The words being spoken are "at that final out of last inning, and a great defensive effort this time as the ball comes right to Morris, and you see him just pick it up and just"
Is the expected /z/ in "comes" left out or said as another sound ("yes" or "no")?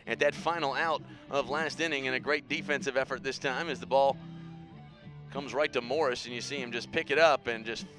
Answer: no